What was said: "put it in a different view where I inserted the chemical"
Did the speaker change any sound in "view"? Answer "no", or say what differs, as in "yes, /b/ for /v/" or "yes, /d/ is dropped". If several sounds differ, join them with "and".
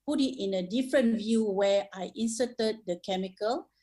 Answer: no